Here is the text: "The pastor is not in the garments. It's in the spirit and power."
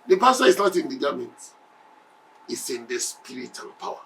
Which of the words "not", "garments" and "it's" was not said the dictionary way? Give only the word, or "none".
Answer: garments